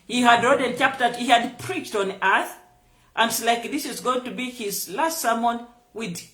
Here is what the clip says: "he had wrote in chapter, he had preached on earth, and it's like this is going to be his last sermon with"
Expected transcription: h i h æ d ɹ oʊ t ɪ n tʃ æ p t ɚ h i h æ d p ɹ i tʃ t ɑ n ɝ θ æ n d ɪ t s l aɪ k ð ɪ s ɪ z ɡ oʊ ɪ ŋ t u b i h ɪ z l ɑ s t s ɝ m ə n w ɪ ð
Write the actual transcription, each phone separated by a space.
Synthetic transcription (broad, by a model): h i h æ d ɹ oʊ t ɪ n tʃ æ p t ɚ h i h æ d p ɹ i tʃ t ɑ n ɝ θ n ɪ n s l aɪ k ð ɪ s ɪ z ɡ oʊ ɪ ŋ t u b i h ɪ z l ɑ s t s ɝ m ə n w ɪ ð